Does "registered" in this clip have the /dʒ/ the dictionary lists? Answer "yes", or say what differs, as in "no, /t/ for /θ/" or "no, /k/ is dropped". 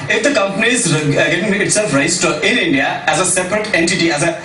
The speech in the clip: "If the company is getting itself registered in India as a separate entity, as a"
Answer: no, /dʒ/ is dropped